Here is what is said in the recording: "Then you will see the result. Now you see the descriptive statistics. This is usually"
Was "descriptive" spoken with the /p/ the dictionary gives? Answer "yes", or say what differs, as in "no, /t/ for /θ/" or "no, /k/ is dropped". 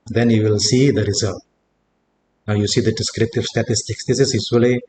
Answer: yes